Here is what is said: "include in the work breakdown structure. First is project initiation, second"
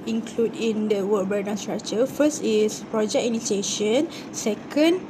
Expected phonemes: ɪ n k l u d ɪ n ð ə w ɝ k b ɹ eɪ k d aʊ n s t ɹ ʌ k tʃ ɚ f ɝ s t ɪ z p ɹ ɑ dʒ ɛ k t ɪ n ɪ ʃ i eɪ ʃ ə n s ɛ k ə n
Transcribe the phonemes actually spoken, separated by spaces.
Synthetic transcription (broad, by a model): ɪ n k l u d ɪ n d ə w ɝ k b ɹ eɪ d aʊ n s t ɹ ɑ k tʃ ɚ f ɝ s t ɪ s p ɹ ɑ dʒ ɛ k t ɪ n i s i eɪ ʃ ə n s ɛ k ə n